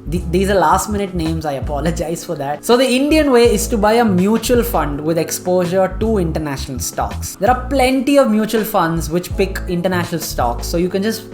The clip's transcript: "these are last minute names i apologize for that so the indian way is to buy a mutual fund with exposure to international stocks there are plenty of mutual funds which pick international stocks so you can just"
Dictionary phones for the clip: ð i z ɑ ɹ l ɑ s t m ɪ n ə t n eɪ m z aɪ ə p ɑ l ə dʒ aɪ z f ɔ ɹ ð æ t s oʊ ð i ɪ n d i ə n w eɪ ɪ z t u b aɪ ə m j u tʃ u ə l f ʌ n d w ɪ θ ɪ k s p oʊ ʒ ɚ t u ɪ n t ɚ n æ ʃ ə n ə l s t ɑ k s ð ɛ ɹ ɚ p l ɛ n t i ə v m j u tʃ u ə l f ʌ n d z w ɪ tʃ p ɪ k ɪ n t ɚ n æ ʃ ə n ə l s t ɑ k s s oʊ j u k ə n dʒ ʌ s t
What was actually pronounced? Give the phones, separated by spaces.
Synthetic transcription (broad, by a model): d i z ɑ ɹ l ɑ s t m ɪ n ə t n eɪ m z aɪ ə p ɑ l ə dʒ aɪ z f ɔ ɹ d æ t s oʊ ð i ɪ n d i ə n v eɪ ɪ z t u b aɪ ə m j u tʃ u ə l f ʌ n d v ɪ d ɪ k s p oʊ ʒ ɚ t u ɪ n t ɚ n æ ʃ ə n ə l s t ɑ k s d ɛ ɹ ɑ p l ɛ n t i ə v m j u tʃ u ə l f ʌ n d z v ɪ tʃ p ɪ k ɪ n t ɚ n æ ʃ ə n ə l s t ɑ k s s oʊ j u k ə n dʒ ʌ s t